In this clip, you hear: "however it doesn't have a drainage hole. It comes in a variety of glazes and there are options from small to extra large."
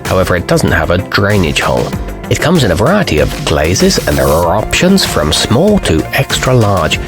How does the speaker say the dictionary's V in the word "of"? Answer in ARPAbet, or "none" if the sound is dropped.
V